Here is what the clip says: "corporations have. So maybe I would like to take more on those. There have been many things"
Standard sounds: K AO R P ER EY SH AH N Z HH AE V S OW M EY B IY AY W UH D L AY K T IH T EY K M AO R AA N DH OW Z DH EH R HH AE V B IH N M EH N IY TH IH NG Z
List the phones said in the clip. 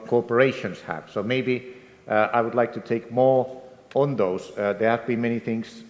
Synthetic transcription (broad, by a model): K AO R P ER EY SH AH N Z HH AE V S OW M EY B IY AY W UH D L AY K T IH T EY K M AO R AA N DH OW Z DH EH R HH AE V B IH N M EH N IY TH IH NG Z